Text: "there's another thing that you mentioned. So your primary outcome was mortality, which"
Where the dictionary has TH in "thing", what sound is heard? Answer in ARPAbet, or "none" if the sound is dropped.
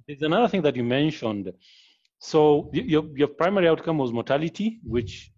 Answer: TH